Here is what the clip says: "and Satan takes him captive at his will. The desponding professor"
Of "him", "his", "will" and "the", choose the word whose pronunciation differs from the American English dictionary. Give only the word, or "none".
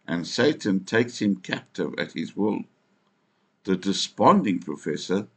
none